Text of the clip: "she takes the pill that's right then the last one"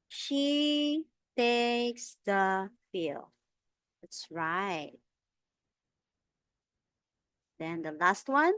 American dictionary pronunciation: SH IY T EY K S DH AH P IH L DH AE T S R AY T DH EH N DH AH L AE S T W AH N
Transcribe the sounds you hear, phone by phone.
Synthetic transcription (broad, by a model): SH IY T EY K S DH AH F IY L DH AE T S R AY T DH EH N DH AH L AE S T W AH N